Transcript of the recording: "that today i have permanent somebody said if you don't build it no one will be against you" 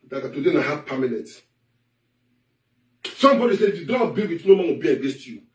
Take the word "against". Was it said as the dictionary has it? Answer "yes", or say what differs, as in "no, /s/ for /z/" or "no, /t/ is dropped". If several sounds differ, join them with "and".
no, /n/ is dropped